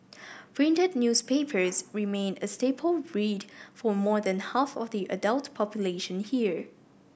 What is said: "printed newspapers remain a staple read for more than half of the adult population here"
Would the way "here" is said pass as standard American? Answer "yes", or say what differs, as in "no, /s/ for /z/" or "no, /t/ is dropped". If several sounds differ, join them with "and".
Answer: yes